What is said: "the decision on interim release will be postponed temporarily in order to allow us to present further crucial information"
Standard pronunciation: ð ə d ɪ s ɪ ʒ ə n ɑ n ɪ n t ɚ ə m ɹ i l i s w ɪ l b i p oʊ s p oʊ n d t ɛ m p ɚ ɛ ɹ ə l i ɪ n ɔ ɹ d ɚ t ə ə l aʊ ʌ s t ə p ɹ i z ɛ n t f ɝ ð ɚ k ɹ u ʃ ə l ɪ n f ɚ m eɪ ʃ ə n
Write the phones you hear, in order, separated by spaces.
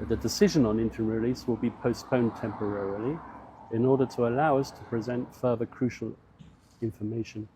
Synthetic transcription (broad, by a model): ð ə d ɪ s ɪ ʒ ə n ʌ n ɪ n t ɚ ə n ɹ i l i s w ɪ l b i p oʊ s p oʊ n t ɛ m p ɚ ɛ ɹ ə l i ɪ n ɔ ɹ d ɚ t ə ə l aʊ ʌ s t ə p ɹ i z ɛ n t f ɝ ð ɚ k ɹ u ʃ ə l ɪ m f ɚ m eɪ ʃ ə n